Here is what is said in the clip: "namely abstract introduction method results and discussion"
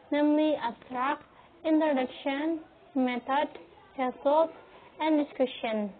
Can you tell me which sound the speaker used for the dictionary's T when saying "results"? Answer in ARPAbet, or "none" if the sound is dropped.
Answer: S